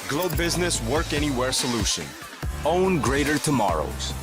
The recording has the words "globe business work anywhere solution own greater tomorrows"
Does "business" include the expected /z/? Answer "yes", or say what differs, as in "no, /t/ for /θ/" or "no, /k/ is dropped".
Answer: yes